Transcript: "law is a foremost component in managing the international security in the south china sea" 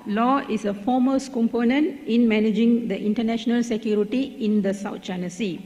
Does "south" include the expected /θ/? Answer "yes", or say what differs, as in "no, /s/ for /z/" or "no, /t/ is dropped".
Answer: no, /t/ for /θ/